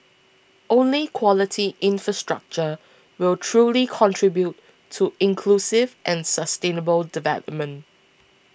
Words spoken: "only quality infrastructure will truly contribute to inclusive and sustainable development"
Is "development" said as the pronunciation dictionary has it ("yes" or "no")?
yes